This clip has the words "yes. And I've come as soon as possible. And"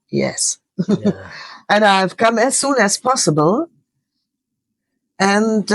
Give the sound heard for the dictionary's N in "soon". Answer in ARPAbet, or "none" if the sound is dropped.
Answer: N